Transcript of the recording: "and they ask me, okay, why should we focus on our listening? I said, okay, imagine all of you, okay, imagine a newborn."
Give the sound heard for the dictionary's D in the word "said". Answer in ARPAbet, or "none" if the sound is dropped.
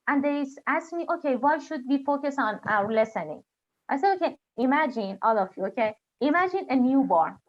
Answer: none